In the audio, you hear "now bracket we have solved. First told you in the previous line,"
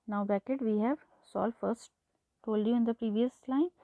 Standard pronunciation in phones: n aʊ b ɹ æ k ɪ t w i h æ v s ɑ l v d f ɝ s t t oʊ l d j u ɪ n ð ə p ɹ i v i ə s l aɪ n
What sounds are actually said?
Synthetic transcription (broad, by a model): n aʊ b æ k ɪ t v i h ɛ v s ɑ l f ɝ s t t oʊ l d j u ɪ n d ə p ɹ i v i ə s l aɪ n